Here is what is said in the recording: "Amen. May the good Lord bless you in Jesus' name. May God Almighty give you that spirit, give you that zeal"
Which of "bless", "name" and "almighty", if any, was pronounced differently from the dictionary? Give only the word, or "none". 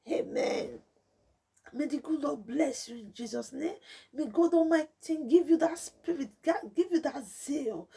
almighty